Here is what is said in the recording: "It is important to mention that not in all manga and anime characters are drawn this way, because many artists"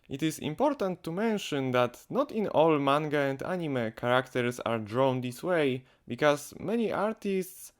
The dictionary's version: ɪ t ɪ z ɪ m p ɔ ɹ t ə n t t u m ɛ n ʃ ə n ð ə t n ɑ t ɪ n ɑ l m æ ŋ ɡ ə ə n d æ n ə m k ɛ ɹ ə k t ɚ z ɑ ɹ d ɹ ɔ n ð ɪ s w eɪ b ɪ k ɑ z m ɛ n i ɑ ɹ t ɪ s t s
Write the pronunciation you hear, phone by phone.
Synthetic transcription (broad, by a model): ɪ t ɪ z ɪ m p ɔ ɹ t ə n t t u m ɛ n ʃ ə n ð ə t n ɑ t ɪ n ɑ l m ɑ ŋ ɡ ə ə n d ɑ n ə m k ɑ ɹ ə k t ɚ s ɑ ɹ d ɹ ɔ n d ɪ s w eɪ b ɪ k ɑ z m ɛ n i ɑ ɹ t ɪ s t s